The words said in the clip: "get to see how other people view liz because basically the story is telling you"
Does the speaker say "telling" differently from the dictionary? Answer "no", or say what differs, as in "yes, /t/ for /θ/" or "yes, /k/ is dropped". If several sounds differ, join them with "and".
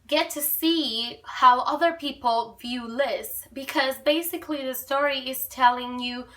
no